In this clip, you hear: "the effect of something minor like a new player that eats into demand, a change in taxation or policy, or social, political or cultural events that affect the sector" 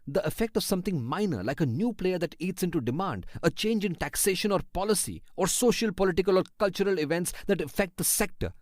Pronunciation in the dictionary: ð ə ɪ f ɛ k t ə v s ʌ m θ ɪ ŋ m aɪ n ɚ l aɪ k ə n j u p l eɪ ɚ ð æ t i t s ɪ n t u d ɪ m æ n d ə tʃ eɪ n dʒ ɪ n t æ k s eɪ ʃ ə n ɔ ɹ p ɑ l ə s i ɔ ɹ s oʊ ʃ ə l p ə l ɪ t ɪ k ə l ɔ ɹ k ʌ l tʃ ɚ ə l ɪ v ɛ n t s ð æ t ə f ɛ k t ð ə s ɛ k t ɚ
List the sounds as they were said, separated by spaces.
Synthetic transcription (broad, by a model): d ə ɪ f ɛ k t ə v s ʌ m t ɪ ŋ m aɪ n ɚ l aɪ k ə n j u p l eɪ ɚ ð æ t i t s ɪ n t u d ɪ m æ n d ə tʃ eɪ n dʒ ɪ n t æ k s eɪ ʃ ə n ɔ ɹ p ɑ l ə s i ɔ ɹ s oʊ ʃ ə l p ə l ɪ t ɪ k ə l ɔ ɹ k ʌ l tʃ ɚ ə l ɪ v ɛ n t s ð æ t ə f ɛ k t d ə s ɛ k t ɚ